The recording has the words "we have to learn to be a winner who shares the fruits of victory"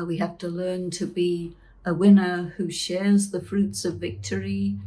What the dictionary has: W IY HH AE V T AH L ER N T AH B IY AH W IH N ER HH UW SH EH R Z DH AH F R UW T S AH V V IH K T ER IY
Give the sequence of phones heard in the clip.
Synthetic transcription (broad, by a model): W IY HH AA F T AH L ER N T AH B IY AH W IH N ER HH UW SH EH R Z DH AH F R UW T S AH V V IH K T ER IY